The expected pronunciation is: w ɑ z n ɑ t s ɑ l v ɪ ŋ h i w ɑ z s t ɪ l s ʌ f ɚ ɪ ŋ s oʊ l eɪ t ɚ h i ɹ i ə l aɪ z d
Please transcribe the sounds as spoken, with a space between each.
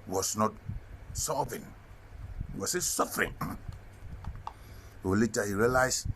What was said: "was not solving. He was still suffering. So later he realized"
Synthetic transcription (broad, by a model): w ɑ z n ɑ t s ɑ v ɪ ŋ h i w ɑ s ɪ s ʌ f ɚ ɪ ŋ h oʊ l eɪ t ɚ h i ɹ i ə l aɪ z